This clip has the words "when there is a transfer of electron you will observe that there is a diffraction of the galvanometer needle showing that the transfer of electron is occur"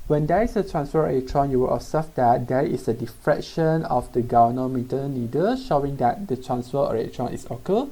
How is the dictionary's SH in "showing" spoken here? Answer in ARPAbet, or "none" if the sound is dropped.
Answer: SH